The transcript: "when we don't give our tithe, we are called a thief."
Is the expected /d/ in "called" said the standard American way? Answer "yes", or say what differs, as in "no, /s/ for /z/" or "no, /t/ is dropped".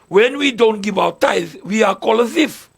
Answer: no, /d/ is dropped